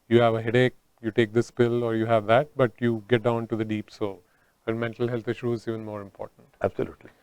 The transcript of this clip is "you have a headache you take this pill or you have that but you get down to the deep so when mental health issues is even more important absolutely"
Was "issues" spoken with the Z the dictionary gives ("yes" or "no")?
no